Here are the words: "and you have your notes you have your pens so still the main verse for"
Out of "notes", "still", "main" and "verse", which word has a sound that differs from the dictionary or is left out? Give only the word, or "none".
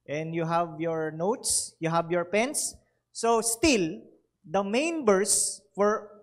verse